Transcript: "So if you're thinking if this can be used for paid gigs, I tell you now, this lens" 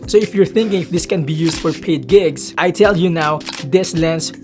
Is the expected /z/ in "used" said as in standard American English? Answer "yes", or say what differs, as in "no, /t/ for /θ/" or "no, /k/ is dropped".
no, /s/ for /z/